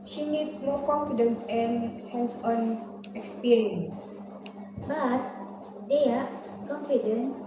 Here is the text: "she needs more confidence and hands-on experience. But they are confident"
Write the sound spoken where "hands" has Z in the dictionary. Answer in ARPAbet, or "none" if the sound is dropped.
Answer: S